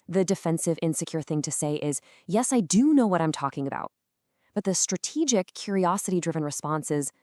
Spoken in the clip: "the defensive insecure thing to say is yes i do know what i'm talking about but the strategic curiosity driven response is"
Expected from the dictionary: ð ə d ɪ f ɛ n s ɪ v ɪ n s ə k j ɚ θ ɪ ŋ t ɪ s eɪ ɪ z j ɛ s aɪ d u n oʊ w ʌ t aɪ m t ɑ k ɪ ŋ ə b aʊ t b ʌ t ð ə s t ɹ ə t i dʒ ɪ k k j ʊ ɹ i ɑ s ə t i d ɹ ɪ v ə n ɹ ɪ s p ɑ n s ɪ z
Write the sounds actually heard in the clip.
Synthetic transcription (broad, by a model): ð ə d ɪ f ɛ n s ɪ v ɪ n s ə k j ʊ θ ɪ ŋ t ɪ s eɪ ɪ z j ɛ s aɪ d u n oʊ w ʌ t aɪ m t ɑ k ɪ ŋ ə b aʊ t b ʌ t ð ə s t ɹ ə t i dʒ ɪ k k j ʊ ɹ i ɑ s ə t i d ɹ ɪ v ə n ɹ ɪ s p ɑ n s ɪ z